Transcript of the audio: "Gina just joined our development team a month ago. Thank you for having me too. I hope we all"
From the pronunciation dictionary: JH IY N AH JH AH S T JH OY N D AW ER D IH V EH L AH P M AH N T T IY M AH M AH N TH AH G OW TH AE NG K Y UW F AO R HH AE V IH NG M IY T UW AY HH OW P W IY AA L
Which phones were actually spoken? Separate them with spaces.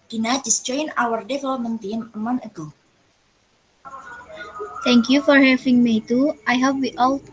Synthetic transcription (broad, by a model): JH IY N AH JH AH S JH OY N AW ER D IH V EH L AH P M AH N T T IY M AH M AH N AH G OW T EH NG K Y UW F AO R HH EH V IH NG M IY T UW AY HH OW P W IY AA L